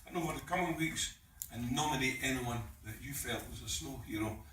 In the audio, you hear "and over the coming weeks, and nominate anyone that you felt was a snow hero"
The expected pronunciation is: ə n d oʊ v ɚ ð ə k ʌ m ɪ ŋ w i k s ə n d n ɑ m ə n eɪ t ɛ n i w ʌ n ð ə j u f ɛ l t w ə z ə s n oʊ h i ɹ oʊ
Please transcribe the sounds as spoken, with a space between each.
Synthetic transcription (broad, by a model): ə n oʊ f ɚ ð ə k ʌ m ɪ ŋ w i k s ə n n ɑ m ə n eɪ t ɛ n i w ʌ n ð ə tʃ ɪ f ɛ l t w ə z ə s n oʊ h i ɹ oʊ